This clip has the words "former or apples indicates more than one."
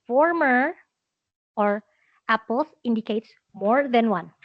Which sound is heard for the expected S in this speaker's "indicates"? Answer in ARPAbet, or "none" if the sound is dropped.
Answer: S